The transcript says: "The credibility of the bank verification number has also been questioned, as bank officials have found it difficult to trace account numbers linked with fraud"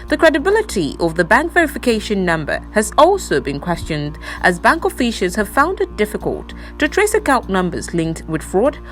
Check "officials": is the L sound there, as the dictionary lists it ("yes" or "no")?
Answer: no